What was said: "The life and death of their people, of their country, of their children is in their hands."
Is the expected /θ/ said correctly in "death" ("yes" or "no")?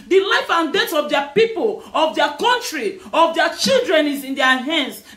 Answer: no